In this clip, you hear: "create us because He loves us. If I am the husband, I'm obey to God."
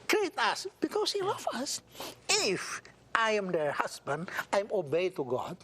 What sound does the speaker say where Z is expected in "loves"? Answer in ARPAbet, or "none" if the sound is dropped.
none